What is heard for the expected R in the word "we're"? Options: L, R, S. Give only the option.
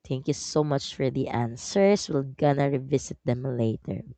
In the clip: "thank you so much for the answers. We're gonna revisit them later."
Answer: L